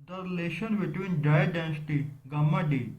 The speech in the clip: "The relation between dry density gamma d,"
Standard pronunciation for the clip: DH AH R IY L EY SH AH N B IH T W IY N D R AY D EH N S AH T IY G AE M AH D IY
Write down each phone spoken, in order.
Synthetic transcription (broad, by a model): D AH R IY L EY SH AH N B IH T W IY N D AY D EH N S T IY G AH M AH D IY